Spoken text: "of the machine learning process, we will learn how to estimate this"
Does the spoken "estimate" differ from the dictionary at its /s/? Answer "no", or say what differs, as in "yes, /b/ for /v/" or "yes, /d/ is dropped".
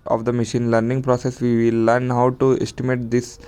no